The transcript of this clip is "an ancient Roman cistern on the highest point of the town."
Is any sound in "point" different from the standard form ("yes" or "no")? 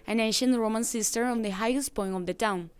yes